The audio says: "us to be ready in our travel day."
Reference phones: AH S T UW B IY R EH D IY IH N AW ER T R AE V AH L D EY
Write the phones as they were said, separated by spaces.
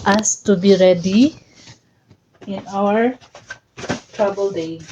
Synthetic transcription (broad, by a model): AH S T UW B IY R EH D IY IH N AW ER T R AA B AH L D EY